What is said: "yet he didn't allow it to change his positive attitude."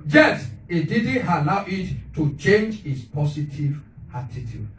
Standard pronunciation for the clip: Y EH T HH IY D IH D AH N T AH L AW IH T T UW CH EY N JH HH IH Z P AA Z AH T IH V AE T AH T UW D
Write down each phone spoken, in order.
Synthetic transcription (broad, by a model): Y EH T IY D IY D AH N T AH L AW IH T T UW CH EY N JH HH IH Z P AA S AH T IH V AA T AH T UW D